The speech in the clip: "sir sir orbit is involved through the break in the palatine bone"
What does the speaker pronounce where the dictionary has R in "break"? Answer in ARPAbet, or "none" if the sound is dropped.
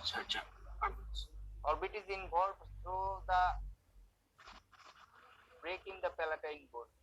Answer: R